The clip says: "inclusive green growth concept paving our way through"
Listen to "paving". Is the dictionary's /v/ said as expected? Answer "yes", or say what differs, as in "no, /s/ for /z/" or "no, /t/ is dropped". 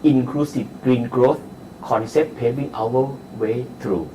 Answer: no, /b/ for /v/